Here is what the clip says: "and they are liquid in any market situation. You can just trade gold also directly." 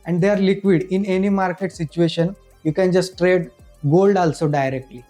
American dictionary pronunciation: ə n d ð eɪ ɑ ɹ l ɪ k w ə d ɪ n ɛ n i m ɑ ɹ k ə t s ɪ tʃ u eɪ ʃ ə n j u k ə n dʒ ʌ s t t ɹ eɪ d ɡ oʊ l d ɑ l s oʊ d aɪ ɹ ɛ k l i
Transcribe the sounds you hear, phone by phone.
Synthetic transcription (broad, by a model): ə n d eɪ ɑ ɹ l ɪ k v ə d ɪ n ɛ n i m ɑ ɹ k ə t s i tʃ u eɪ ʃ ə n j u k ə n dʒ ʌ s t t ɹ eɪ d ɡ oʊ l d ɑ l s oʊ d aɪ ɹ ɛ k l i